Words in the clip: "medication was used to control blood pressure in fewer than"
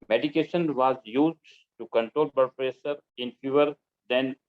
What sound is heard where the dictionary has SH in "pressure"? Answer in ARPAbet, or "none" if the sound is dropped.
S